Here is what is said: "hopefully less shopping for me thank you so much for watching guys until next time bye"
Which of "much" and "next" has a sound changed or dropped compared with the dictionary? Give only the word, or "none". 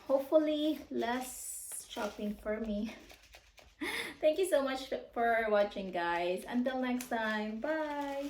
none